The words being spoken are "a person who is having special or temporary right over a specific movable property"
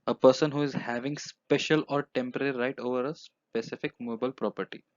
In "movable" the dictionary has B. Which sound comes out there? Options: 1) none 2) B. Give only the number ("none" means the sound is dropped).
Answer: 1